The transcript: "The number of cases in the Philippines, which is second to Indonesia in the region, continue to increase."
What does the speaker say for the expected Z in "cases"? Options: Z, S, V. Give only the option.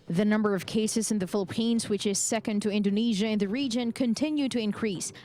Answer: Z